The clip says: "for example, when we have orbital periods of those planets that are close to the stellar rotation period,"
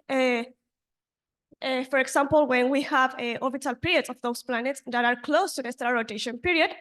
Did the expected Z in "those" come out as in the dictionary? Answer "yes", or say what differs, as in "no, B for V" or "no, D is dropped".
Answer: no, S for Z